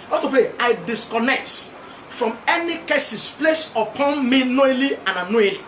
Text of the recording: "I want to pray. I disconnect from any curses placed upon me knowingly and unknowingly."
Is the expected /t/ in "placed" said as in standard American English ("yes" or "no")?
no